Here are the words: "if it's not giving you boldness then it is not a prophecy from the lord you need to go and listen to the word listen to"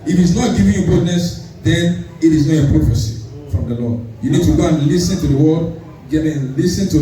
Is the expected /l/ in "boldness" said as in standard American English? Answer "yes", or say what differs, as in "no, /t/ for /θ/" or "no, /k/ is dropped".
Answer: no, /l/ is dropped